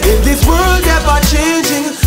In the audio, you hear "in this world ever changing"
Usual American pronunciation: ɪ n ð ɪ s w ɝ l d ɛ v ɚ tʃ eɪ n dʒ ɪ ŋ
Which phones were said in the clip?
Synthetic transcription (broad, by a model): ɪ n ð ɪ w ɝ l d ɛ b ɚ tʃ eɪ n dʒ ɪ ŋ